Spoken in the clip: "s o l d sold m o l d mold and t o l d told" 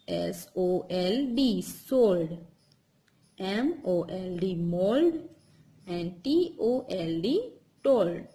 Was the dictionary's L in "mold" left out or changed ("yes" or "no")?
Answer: no